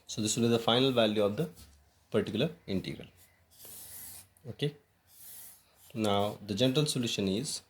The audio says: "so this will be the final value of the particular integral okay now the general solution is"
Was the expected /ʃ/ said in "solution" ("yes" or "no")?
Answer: yes